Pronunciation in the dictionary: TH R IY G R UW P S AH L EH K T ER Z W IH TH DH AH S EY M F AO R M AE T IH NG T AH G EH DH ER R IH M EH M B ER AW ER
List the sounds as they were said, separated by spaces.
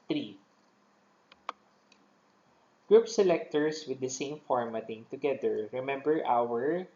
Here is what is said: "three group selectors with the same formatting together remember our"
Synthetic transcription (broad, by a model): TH R IY G R UW P S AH L EH K T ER S W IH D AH S EY M F AO R M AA T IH NG T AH G EH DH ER R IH M EH M B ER AW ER